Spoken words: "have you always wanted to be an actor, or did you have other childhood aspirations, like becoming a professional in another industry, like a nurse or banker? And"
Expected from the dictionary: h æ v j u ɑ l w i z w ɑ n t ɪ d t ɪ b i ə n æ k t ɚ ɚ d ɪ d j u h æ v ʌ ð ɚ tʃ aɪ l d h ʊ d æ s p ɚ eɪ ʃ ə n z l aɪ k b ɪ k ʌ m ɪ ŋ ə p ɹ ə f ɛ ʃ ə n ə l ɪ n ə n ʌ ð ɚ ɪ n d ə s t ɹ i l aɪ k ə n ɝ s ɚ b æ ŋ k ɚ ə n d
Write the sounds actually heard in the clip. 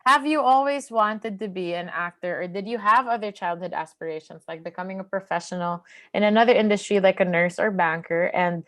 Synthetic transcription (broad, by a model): h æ v j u ɑ l w i z w ɑ n t ɪ d t ɪ b i ə n æ k t ɚ ɚ d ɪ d j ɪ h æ v ʌ ð ɚ tʃ aɪ l d h ʊ d æ s p ɚ eɪ ʃ ə n z l aɪ k b ɪ k ʌ m ɪ ŋ ə p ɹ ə f ɛ ʃ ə n l ɪ n ə n ʌ ð ɚ ɪ n d ə s t ɹ i l aɪ k ə n ɝ s ɚ b æ ŋ k ɚ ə n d